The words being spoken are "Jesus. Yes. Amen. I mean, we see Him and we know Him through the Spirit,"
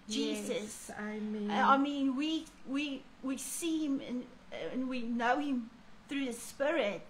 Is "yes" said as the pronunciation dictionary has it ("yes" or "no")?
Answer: no